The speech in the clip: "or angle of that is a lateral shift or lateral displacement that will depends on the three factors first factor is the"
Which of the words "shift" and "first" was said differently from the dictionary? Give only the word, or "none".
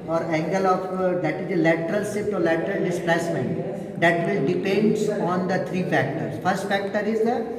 shift